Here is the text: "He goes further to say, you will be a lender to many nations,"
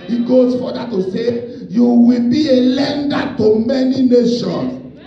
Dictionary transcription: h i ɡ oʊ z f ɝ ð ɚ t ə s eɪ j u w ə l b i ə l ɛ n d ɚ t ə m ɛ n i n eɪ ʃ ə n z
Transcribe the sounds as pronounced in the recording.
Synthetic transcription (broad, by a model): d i ɡ oʊ s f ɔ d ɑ t ə s eɪ j u w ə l b i ə l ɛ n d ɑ t ə m ɛ n i n eɪ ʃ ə n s